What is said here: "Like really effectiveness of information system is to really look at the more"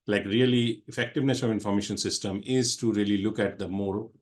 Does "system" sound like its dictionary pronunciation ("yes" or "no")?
yes